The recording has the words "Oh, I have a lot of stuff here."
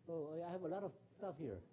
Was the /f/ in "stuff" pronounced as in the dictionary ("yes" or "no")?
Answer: yes